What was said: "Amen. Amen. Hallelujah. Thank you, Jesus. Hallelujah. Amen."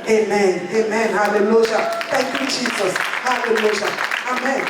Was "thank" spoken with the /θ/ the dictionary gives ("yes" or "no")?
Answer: no